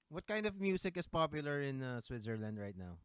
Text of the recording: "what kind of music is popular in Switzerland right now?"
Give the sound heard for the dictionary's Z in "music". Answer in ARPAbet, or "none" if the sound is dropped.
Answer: S